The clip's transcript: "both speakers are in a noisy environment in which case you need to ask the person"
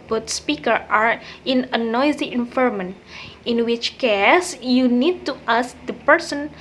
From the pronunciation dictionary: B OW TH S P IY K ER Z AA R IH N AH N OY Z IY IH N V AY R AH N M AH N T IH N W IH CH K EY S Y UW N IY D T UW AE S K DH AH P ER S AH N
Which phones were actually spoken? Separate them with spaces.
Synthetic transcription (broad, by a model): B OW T S P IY K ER AA R IH N AH N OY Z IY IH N F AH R M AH N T IH N W IH CH K EY S Y UW N IY D T UW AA S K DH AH P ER S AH N